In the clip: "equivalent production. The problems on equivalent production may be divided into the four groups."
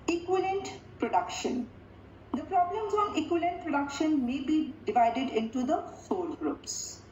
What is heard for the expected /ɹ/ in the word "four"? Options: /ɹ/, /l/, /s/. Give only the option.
/l/